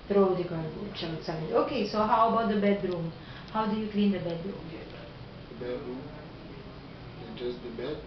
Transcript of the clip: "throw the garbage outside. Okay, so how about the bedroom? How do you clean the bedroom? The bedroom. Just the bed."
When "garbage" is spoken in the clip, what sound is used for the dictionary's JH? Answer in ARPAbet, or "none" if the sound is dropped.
none